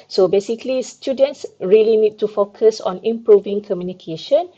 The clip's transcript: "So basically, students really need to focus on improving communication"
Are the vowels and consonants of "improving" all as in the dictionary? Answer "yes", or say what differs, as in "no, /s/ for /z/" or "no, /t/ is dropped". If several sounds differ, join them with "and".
yes